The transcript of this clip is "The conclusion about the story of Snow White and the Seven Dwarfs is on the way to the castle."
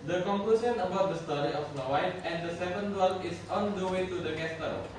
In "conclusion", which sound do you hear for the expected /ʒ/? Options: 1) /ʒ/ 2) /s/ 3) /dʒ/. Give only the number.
2